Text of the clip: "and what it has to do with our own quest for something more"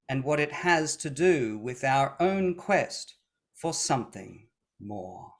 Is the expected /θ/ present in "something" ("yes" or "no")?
yes